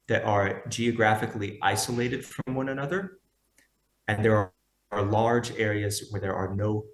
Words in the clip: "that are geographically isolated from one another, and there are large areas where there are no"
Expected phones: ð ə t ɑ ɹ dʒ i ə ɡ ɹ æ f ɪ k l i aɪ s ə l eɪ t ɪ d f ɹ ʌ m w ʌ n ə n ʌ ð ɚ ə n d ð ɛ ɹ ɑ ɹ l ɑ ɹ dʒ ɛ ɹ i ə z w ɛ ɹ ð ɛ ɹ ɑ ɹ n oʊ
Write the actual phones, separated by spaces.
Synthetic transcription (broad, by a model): ð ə t ɑ ɹ dʒ i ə ɡ ɹ æ f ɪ k l i aɪ s ə l eɪ t ɪ d f ɹ ʌ m w ʌ n ə n ʌ ð ɚ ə n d ð ɛ ɹ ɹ l ɑ ɹ dʒ ɛ ɹ i ə z w ɛ ɹ ð ɛ ɹ ɑ ɹ n oʊ